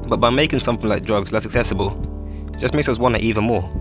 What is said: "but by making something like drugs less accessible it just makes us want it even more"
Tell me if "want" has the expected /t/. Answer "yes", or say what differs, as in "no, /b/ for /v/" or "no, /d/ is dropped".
no, /t/ is dropped